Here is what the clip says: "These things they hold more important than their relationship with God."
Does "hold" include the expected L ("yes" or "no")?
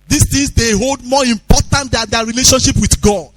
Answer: yes